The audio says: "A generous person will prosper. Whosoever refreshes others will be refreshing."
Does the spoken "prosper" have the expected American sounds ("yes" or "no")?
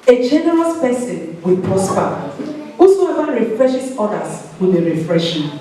no